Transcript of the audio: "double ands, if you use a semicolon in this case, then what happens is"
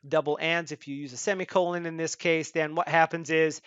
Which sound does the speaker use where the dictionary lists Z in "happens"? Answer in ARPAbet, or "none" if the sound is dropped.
Z